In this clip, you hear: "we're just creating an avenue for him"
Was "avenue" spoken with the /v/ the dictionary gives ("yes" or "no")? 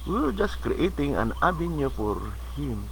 no